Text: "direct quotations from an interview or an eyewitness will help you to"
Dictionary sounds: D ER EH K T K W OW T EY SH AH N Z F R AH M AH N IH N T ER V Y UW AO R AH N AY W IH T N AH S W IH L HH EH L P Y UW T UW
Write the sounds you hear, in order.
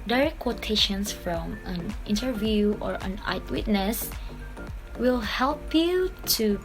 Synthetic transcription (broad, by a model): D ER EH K K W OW T EY SH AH N S F R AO M AH N IH N T ER V Y UW AO R AH N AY W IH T N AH S W IH L HH EH L P Y UW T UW